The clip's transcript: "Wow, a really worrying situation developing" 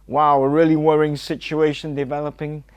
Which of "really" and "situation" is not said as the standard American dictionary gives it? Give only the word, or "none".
none